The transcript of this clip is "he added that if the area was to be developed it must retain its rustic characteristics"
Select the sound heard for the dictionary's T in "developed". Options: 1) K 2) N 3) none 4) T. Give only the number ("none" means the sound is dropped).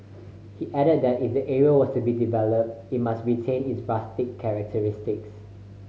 4